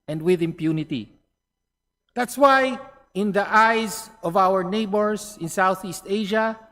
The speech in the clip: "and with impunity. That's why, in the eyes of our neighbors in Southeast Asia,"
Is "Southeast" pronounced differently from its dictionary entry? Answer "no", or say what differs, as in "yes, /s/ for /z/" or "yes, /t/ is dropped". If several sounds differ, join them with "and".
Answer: no